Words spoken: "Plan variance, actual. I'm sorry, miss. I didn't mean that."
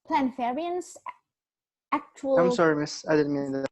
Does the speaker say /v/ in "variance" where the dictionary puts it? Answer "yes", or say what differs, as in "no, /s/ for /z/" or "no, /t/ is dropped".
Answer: no, /f/ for /v/